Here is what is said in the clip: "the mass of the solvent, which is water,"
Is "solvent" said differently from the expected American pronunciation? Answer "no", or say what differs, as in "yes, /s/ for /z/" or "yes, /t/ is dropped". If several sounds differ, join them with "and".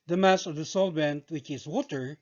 yes, /b/ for /v/